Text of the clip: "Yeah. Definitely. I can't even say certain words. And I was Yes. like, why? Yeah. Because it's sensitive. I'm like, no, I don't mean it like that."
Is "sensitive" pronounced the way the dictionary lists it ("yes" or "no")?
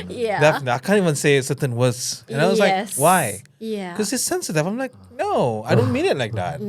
no